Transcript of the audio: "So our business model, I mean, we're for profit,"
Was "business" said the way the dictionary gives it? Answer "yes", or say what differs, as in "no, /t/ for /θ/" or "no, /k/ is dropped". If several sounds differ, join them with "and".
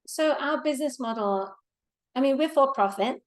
yes